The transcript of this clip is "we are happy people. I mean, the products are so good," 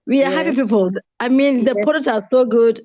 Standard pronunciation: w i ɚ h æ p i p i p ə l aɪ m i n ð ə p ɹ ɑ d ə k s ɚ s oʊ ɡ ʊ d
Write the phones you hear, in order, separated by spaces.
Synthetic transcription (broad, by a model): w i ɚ h æ p i p i p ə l aɪ m i n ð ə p ɑ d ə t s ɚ s oʊ ɡ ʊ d